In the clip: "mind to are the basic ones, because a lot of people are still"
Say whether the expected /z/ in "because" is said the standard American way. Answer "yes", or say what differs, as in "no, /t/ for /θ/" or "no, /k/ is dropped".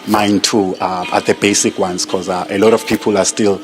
no, /z/ is dropped